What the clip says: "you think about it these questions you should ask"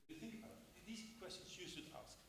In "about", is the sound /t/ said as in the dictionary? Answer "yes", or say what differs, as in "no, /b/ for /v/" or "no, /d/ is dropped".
no, /t/ is dropped